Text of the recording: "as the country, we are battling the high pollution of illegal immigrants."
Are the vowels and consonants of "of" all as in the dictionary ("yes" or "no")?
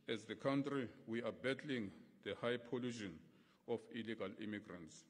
no